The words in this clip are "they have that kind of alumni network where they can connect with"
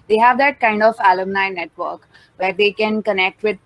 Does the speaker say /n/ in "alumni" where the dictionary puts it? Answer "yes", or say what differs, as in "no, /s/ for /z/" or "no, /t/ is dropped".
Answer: yes